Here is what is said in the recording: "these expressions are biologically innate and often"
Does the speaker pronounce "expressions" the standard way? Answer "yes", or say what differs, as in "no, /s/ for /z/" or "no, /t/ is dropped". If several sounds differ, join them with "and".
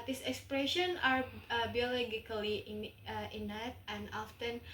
no, /z/ is dropped